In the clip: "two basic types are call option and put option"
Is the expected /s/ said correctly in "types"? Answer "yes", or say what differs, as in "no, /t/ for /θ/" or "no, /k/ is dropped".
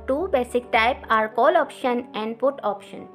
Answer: no, /s/ is dropped